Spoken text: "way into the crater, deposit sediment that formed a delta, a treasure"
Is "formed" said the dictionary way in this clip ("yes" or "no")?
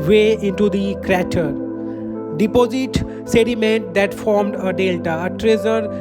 yes